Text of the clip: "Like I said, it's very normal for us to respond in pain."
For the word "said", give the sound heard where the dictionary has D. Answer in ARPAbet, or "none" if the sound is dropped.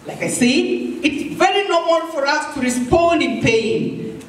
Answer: none